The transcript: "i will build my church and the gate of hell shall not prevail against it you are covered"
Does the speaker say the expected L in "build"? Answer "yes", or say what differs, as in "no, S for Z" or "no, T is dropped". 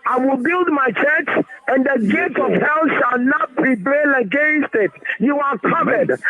yes